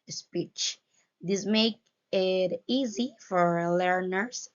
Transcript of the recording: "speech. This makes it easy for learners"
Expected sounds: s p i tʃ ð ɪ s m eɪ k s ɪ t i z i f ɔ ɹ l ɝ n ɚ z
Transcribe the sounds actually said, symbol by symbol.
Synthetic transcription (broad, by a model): s p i tʃ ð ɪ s m eɪ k ɪ t i z i f ɔ ɹ l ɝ n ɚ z